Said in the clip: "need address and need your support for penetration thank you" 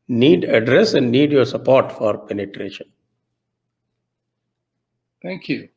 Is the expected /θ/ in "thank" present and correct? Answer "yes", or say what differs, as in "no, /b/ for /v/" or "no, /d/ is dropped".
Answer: no, /t/ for /θ/